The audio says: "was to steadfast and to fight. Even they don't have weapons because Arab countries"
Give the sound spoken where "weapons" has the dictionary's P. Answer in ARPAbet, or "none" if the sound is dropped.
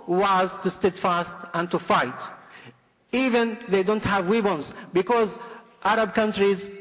B